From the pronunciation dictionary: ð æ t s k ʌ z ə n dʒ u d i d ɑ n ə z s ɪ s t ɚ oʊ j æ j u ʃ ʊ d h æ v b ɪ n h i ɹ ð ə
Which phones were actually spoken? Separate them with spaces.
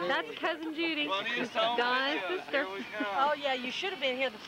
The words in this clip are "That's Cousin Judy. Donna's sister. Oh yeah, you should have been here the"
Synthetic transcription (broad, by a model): ð æ t s k ʌ z ə n dʒ u d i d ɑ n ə s ɪ s t ɚ oʊ j æ j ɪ ʃ ʊ d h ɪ v b ɪ n h i ɹ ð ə